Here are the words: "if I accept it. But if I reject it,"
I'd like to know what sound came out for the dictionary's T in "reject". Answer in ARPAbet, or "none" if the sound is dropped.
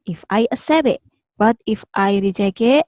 none